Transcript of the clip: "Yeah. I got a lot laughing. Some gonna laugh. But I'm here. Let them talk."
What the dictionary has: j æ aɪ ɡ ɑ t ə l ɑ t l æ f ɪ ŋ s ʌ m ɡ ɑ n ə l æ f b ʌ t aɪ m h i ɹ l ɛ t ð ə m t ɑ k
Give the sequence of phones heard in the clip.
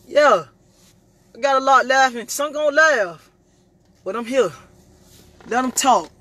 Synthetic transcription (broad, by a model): j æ aɪ ɡ ɑ t ə l ɑ t l æ f ɪ ŋ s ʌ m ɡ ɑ ə l æ f b ʌ t aɪ m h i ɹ l ɛ t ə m t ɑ k